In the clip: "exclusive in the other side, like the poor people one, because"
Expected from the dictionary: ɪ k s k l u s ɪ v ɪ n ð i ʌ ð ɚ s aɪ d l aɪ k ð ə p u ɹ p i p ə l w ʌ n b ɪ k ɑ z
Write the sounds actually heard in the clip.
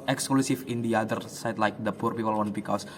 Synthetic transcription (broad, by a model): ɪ k s k l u s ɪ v ɪ n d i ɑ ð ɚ s aɪ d l aɪ k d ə p u ɹ p i p ə l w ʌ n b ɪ k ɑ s